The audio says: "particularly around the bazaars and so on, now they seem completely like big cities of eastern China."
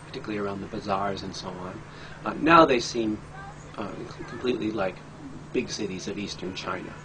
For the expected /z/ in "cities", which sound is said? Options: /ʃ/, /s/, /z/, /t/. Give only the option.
/z/